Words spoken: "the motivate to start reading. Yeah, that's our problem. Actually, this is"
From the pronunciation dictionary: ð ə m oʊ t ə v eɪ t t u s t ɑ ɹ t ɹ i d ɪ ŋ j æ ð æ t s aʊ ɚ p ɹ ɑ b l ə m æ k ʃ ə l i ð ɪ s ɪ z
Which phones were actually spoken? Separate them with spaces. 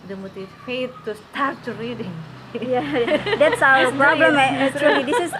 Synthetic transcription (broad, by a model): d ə m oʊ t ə f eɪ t t u s t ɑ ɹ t ɹ i d ɪ ŋ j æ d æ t s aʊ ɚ p ɹ ɑ b l ə m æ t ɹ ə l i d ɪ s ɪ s